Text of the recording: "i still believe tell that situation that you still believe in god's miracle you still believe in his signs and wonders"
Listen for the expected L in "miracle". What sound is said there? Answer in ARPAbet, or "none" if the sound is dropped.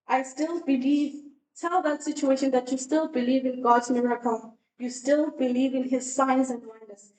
N